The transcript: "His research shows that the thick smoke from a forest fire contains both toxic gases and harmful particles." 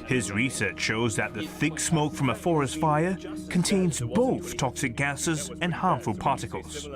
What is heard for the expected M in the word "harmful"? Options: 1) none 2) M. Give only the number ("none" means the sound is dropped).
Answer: 2